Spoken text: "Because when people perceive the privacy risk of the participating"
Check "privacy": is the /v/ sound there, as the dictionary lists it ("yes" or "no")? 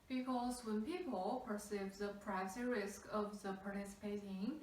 no